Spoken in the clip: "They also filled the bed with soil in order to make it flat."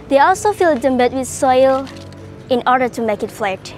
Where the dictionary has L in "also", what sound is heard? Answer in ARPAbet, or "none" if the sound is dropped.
L